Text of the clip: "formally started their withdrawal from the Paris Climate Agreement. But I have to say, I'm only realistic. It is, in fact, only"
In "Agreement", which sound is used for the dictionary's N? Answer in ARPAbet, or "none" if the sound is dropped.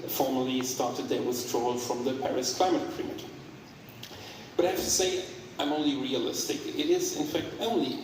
none